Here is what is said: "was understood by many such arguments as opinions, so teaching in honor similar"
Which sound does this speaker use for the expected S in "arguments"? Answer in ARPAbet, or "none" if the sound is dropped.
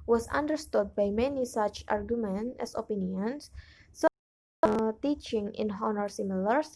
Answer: none